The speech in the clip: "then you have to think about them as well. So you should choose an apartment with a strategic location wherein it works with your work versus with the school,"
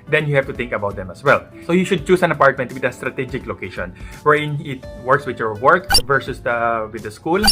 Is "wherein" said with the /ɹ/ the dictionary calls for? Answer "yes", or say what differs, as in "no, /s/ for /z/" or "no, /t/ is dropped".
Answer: no, /ɹ/ is dropped